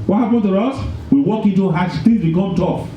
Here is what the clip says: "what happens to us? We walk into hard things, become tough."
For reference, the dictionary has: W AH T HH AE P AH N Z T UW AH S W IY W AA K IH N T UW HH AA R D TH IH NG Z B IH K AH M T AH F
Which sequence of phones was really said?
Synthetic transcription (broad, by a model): W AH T HH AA P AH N T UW AH S W IY W AA K IH N T UW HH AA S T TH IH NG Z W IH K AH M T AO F